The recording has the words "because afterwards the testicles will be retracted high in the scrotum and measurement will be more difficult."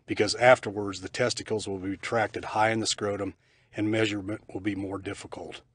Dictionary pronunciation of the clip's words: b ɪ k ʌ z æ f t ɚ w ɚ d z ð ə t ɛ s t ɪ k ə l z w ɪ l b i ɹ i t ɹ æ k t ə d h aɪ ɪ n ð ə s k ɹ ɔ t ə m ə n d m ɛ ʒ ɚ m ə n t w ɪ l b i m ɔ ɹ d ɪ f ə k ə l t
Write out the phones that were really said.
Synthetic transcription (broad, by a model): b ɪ k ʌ z æ f t ɚ w ɚ d z ð ə t ɛ s t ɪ k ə l z w ɪ l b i i t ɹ æ k t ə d h aɪ ɪ n ð ə s k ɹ ɔ t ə m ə n m ɛ ʒ ɚ m ə n t w ɪ l b i m ɔ ɹ d ɪ f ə k l t